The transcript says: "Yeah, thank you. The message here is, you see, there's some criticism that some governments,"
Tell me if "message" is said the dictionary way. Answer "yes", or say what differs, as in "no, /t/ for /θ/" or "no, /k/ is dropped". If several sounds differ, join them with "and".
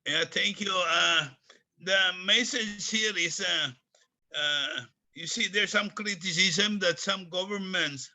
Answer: no, /z/ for /dʒ/